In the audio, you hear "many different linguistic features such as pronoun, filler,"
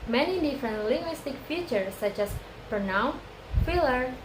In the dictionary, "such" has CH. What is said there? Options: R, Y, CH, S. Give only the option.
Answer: CH